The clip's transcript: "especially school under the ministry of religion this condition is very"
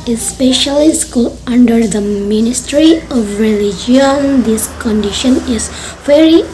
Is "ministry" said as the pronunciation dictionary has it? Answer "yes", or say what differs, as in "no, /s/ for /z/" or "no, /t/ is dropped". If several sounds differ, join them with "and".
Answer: yes